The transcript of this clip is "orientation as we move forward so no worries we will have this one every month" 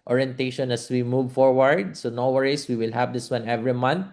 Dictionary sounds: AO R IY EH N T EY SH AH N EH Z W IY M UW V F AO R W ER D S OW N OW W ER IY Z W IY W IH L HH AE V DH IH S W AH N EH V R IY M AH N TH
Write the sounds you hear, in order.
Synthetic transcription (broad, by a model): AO R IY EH N T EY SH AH N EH S W IY M UW V F AO R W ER D S OW N OW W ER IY S W IY W IH L HH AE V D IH S W AH N EH V R IY M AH N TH